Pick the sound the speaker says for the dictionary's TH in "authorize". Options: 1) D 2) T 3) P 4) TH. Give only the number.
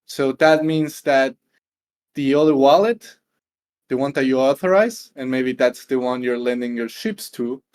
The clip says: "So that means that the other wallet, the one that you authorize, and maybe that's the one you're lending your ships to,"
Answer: 4